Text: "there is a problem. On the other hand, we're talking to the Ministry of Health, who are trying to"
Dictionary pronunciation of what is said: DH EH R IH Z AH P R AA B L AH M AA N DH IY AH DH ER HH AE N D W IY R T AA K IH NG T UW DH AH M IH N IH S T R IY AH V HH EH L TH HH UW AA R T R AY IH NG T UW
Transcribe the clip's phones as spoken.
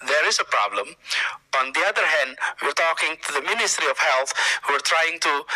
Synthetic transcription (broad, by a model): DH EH R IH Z AH P R AA B L AH M AA N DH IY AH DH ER HH AE N D W IY R T AA K IH NG T UW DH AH M IH N IH S T R IY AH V HH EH L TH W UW R T R AY IH NG T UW